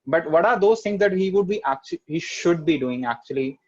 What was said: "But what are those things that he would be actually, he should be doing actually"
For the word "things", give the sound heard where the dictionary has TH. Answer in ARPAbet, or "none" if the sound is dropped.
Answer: T